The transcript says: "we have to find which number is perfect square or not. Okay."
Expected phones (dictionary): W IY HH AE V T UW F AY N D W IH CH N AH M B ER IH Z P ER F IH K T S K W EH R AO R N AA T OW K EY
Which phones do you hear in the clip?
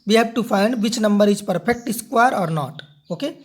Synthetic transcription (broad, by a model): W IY HH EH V T UW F AY N D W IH CH N AH M B ER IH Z P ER P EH K T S K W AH R AO R N AA T OW K EY